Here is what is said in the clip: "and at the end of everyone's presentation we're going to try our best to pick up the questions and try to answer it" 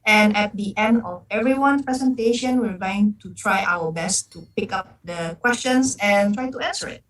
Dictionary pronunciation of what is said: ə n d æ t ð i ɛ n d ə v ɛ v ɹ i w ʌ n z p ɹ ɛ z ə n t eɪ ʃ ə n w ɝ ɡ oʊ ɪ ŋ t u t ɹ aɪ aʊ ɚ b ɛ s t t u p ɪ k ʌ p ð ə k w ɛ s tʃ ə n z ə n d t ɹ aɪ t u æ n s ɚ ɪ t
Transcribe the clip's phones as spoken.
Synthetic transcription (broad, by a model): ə n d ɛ t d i ɛ n d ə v ɛ v ɹ i w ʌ n p ɹ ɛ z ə n t eɪ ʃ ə n w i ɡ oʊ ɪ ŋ t u t ɹ aɪ aʊ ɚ b ɛ s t t u p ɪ k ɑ p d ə k w ɛ s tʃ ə n s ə n t ɹ aɪ t u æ n s ɚ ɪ t